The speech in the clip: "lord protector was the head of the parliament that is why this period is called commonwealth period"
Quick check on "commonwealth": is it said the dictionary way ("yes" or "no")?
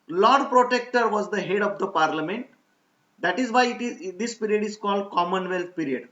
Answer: no